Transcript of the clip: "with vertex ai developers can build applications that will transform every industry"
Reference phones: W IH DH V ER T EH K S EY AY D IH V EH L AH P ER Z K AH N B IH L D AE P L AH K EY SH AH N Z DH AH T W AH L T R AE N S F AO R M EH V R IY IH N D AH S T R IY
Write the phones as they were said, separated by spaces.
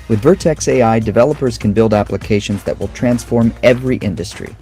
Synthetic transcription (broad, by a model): W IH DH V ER T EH K S EY AY D IH V EH L AH P ER Z K AH N B IH L D AE P L AH K EY SH AH N Z DH AH T W AH L T R AE N S F AO R M EH V R IY IH N D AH S T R IY